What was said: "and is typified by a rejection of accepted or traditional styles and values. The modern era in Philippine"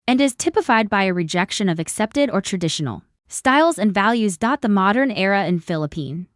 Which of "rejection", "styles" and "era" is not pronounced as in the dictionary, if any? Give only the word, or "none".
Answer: none